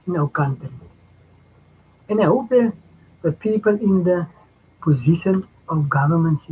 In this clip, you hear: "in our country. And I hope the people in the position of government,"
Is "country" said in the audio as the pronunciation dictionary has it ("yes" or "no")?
no